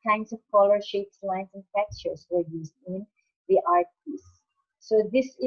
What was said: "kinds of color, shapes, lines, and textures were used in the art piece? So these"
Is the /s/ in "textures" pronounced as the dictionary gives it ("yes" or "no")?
no